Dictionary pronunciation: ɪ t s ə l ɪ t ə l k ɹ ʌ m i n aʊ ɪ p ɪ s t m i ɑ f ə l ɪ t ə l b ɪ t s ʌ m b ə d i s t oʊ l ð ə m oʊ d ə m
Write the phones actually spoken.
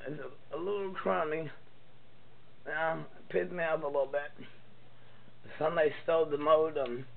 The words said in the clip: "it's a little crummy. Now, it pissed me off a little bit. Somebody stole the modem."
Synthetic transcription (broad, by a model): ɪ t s ə l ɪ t l k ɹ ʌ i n ɪ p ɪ t m i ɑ p ə l ɪ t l b ɪ t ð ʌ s ə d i s t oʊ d ð ə m oʊ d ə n